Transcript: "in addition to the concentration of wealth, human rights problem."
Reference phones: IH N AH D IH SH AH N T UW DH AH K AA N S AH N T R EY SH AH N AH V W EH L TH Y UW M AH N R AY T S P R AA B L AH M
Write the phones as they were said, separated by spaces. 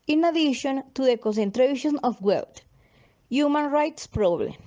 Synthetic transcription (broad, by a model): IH N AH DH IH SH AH N T UW DH AH K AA N S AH N T R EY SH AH N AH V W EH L T Y UW M AH N R AY T S P R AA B L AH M